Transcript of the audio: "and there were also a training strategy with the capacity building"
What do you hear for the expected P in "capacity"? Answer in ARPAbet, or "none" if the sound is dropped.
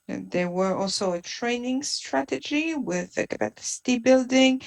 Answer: B